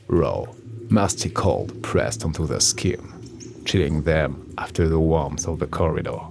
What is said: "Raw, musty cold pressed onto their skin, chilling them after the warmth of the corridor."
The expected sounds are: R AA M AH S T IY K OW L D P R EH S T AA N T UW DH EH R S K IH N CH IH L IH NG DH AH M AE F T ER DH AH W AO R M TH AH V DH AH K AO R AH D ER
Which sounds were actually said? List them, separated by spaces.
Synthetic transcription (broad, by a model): R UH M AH S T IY K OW L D P R EH S T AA N T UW DH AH S K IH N CH IH L IH NG DH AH M AE F T ER DH AH W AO R M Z AH V DH AH K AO R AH D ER